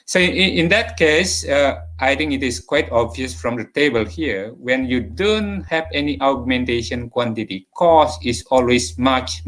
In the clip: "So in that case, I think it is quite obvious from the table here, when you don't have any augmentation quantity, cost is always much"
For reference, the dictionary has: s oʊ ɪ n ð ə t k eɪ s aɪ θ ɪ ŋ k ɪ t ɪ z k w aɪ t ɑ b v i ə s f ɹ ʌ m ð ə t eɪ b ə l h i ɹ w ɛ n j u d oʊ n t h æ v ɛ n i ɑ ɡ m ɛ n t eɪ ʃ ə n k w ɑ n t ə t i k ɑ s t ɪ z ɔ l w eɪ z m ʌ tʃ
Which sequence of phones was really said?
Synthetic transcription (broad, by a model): s oʊ ɪ n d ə t k eɪ s aɪ t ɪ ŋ k ɪ t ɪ s k w aɪ t ɑ b v i ə s f ɹ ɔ m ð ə t eɪ b ə l h i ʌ w ɛ n j u d oʊ n t h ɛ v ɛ n i ɑ ɡ m ɛ n t eɪ ʃ ə n k w ɑ n t ə t i k ɑ s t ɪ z ɔ l w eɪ s m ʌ tʃ